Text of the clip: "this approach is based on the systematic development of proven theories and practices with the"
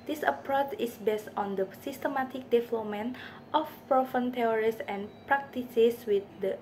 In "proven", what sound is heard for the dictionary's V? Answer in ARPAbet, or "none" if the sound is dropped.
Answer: F